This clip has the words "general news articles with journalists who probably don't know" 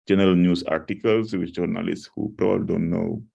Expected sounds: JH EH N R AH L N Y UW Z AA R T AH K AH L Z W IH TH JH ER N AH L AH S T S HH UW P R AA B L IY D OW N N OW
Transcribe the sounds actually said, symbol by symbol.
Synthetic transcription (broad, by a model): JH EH N R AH L N Y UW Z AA R T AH K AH L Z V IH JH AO N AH L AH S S HH UW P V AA L D OW N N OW